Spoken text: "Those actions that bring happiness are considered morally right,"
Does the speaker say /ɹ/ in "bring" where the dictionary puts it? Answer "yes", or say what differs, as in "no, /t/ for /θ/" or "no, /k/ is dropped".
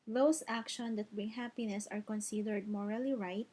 no, /ɹ/ is dropped